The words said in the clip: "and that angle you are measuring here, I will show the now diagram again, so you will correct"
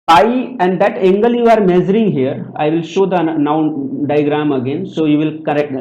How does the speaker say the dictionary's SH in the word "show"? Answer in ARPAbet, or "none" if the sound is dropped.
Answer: SH